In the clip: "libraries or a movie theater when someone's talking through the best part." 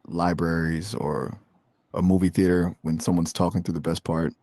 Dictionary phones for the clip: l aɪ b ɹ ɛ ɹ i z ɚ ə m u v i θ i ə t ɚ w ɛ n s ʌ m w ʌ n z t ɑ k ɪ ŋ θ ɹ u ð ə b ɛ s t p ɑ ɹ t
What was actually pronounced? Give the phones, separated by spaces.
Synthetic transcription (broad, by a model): l aɪ b ɹ ɛ ɹ i z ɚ ə m u v i θ i ə t ɚ w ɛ n s ʌ m w ʌ n z t ɑ k ɪ ŋ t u ð ə b ɛ s p ɑ ɹ t